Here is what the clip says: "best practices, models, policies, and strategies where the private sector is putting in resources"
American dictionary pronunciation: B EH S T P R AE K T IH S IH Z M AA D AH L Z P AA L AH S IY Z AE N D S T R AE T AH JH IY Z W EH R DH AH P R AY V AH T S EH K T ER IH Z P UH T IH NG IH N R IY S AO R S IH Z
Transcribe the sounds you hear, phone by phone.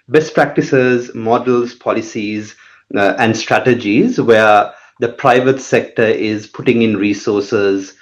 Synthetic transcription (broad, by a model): B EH S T P R AE K T IH S IH Z M AA D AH L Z P AA L AH S IY Z AE N D S T R AE T AH JH IY Z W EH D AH P R AY V AH T S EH K T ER IH Z P UH T IH NG IH N R IY S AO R S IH Z